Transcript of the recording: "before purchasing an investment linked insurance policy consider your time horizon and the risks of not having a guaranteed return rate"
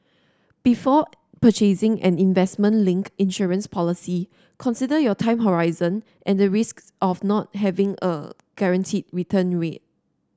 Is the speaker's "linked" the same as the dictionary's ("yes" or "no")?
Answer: no